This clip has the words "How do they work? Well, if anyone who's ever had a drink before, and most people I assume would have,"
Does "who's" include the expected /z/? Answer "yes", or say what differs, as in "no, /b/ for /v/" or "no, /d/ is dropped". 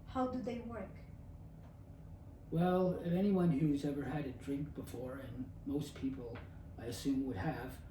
yes